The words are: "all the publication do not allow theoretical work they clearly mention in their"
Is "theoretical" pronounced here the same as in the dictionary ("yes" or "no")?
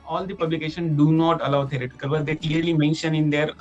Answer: no